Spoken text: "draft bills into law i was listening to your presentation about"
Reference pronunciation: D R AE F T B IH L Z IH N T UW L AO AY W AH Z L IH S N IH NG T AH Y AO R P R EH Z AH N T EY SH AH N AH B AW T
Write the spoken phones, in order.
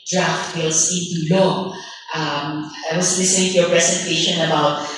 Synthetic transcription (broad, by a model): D R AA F T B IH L S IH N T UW L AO AY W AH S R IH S IH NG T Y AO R P R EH S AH N T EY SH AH N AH B AW T